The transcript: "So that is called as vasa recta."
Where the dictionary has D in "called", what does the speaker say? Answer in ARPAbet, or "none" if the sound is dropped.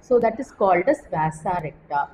D